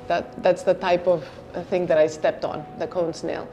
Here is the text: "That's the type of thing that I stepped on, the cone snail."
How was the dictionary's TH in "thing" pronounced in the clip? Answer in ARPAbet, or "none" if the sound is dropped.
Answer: TH